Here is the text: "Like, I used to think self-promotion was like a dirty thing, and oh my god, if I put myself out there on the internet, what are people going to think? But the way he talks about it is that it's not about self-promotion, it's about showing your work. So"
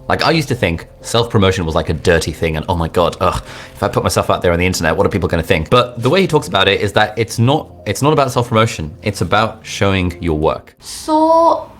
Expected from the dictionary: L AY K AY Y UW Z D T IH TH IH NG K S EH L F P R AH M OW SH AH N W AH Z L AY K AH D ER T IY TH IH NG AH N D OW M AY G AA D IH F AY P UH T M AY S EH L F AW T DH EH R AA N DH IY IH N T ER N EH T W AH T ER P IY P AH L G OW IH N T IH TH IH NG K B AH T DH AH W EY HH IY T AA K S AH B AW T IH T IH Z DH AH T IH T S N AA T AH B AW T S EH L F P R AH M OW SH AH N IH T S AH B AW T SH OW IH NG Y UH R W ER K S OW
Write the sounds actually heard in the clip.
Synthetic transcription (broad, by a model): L AY K AY Y UW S T IH TH IH NG K S EH L F P R AH M OW SH AH N W AH Z L AY K AH D ER T IY TH IH NG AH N OW M AY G AA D IH F AY P UH T M AY S EH L F AW T DH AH R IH N DH IY IH N T ER N EH T W AH T ER P IY P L G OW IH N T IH TH IH NG K B AH T DH AH W EY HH IY T AA K S AH B AW T IH T IH Z DH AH T IH T S N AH T AH B AW T S EH L F P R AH M OW SH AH N IH T S AH B AW T SH OW IH NG Y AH R W ER K S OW